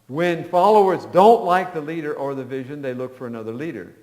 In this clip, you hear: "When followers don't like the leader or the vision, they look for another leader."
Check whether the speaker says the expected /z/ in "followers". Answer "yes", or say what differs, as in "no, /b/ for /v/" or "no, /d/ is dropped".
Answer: yes